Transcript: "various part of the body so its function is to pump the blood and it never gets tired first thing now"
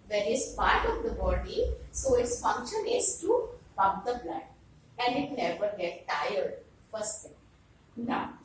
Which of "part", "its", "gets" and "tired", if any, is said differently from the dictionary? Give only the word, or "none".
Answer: gets